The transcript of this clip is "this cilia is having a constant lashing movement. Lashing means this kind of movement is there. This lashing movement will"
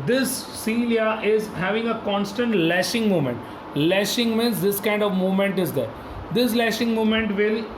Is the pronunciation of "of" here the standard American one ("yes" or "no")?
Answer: yes